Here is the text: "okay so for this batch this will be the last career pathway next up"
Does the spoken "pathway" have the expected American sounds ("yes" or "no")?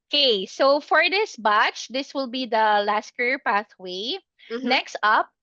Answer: yes